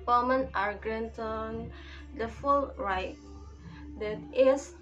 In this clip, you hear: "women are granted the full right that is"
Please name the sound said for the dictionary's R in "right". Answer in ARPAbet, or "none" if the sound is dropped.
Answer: R